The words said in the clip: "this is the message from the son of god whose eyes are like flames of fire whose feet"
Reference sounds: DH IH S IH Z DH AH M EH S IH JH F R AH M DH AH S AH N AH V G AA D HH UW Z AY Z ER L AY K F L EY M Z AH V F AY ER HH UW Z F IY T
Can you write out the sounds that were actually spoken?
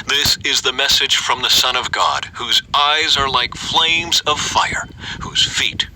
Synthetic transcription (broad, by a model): DH IH S IH Z DH AH M EH S IH JH F R AH M DH AH S AH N AH V G AA D HH UW Z AY Z ER L AY K F L EY M Z AH V F AY ER HH UW Z F IY T